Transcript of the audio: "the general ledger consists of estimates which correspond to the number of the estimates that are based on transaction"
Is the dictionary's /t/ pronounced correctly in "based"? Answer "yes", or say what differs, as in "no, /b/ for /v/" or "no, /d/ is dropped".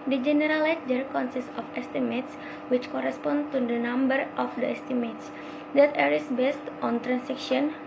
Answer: yes